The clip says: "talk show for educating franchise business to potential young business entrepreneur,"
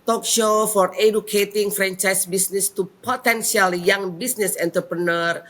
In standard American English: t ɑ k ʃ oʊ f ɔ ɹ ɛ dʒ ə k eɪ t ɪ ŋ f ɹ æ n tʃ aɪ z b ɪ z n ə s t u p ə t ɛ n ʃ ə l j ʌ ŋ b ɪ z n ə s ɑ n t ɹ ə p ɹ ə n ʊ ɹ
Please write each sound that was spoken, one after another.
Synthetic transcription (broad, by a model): t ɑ k ʃ oʊ f ɔ ɹ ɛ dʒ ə k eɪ t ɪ ŋ f ɹ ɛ n tʃ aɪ s b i s n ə s t u p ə t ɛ n s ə l j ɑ ŋ b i s n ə s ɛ n t ɹ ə p ɹ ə n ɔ ɹ